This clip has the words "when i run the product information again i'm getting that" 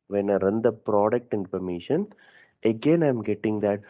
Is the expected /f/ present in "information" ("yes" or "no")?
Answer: no